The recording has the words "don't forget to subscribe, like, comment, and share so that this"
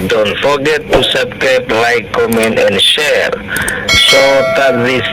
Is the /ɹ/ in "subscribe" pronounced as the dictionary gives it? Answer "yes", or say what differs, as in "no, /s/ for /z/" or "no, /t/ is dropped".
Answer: no, /ɹ/ is dropped